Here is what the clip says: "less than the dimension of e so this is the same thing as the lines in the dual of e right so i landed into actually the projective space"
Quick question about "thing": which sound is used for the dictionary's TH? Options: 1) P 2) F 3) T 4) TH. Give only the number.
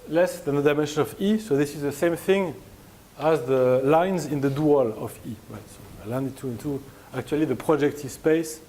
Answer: 4